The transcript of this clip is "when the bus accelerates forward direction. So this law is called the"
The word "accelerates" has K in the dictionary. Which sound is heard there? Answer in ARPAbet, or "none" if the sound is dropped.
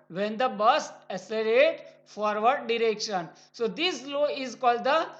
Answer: none